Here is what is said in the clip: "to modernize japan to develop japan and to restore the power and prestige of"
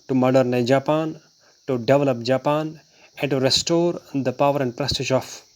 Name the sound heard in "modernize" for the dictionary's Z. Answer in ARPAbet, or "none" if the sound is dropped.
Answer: none